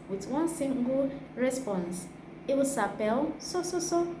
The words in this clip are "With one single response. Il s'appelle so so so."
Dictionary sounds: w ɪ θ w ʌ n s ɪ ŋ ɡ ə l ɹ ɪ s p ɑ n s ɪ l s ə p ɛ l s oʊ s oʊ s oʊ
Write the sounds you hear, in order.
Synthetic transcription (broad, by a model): w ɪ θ w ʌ n s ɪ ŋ ɡ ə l ɹ ɪ s p ɑ n s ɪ w s ə p ɛ l s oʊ s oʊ s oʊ